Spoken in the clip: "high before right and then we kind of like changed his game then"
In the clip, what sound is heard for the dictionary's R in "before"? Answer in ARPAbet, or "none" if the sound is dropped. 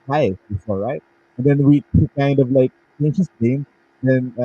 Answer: L